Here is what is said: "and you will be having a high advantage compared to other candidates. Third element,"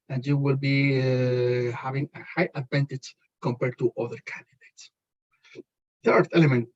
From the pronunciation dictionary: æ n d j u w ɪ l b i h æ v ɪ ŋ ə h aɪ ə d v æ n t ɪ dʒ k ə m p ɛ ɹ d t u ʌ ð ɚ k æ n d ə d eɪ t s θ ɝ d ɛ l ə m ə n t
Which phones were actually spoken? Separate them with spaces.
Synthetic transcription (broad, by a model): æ n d j u w ɪ l b i h æ v ɪ ŋ ə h aɪ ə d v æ n t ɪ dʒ k ə m p ɛ ɹ d t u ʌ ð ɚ k æ n d ə d eɪ t s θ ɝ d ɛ l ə m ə n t